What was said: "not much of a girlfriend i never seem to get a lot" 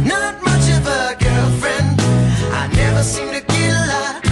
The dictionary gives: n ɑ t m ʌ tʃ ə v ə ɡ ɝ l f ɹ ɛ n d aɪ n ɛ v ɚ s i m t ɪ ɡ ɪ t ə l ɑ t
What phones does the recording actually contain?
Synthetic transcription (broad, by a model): n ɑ t m ʌ tʃ ə v ə ɡ ɝ l f ɹ ɛ n d aɪ n ɛ v ɚ s i m t ɪ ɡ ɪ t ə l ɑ